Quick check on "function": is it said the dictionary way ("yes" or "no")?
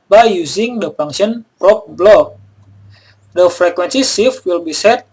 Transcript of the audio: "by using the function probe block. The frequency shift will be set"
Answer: no